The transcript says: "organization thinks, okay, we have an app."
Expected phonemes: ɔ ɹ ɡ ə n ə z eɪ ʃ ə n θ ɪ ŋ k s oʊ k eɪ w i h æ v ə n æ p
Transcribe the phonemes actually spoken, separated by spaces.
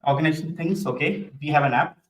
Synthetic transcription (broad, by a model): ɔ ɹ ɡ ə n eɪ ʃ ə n t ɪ ŋ s oʊ k eɪ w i h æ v ə n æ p